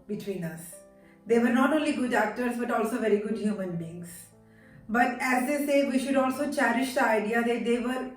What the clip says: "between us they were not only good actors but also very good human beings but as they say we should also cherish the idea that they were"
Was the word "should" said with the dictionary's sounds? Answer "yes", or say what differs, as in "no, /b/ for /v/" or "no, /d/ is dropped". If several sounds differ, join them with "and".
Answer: yes